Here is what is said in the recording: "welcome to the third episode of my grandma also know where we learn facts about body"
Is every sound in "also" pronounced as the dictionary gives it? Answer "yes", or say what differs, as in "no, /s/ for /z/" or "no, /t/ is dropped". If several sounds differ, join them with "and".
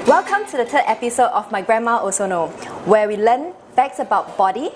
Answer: no, /l/ is dropped